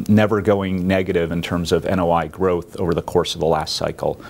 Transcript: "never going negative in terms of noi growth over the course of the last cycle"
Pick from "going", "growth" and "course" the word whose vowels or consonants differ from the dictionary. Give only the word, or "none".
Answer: none